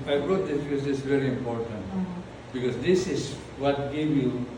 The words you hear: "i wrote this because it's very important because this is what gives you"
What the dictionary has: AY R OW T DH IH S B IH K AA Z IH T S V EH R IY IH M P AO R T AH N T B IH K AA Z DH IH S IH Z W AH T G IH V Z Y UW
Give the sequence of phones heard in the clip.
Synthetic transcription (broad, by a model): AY R OW T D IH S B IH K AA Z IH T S V EH R IY IH M P AO R T AH N T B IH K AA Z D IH S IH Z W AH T G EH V Y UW